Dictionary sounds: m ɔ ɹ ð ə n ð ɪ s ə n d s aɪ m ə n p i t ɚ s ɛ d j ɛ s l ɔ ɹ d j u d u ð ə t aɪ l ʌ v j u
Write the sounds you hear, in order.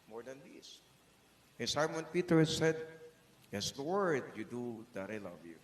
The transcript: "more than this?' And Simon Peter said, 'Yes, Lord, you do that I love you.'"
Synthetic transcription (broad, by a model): m ɔ ɹ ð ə n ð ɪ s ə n s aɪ m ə n p i t ɚ s ɛ d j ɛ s w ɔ ɹ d j u d u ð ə t aɪ l ʌ v j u